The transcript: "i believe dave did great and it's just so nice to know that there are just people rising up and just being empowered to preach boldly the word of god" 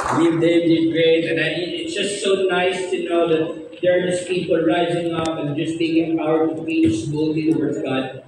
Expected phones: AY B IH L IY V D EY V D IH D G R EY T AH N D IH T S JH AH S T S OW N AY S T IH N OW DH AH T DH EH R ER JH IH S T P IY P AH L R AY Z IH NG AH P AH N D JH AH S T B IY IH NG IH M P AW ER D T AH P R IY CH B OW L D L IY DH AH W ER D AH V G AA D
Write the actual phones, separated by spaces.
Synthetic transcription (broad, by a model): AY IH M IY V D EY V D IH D G R EY T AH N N IH T S JH AH S T S OW N AY S T IH N OW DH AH T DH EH R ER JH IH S P IY P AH L R AY Z IH NG AH P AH N JH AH S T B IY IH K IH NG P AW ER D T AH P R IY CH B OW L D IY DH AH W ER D AH V G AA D